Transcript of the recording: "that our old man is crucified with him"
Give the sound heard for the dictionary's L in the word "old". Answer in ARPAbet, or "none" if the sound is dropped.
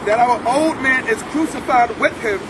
L